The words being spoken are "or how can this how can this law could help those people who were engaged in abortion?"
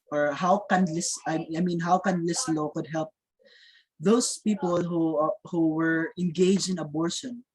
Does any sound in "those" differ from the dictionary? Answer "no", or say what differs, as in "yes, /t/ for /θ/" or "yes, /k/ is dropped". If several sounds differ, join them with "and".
yes, /s/ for /z/